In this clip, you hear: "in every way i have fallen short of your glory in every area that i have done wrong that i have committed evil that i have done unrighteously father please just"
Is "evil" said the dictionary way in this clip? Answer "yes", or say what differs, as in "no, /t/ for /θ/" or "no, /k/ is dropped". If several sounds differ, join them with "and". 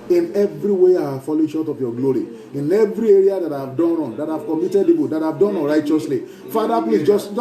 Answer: no, /p/ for /v/